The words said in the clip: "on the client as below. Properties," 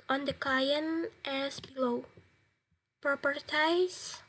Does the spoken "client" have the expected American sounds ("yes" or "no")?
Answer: no